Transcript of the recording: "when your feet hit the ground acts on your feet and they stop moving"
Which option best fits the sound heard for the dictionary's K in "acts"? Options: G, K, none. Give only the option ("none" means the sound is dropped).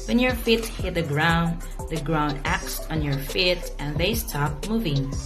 K